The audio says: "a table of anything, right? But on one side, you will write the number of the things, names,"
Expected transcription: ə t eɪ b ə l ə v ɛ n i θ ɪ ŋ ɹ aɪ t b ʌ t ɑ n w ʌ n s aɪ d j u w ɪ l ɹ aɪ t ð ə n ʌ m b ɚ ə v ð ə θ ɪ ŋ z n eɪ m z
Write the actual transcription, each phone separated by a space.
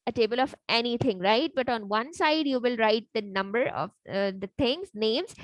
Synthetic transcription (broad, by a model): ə t eɪ b ə l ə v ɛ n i t ɪ ŋ ɹ aɪ t b ʌ t ɑ n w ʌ n s aɪ d j u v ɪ l ɹ aɪ t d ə n ʌ m b ɚ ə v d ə t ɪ ŋ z n eɪ m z